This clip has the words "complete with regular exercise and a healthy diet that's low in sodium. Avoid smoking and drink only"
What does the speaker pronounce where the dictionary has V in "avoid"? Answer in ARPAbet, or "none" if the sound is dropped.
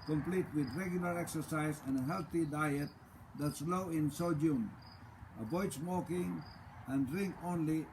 B